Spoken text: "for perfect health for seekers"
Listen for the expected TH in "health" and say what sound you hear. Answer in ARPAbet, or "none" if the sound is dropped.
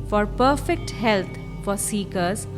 T